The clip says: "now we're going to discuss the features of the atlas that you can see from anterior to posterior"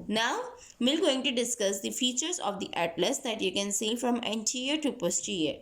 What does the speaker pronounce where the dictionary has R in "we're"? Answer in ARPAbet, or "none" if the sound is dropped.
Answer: L